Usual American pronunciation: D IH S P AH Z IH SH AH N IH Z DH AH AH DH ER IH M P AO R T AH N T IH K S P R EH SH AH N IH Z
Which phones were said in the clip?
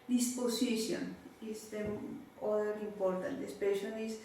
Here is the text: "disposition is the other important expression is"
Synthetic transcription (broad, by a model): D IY S P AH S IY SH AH N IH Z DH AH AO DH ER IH M P AO R T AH N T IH S P EH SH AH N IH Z